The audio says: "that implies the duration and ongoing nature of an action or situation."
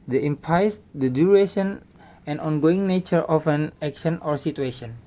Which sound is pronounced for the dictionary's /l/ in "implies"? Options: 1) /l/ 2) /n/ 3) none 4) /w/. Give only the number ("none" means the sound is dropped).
3